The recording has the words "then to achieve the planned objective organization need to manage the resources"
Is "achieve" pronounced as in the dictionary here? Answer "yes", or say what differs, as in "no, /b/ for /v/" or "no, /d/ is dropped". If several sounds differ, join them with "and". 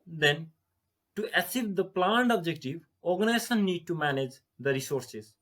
no, /s/ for /tʃ/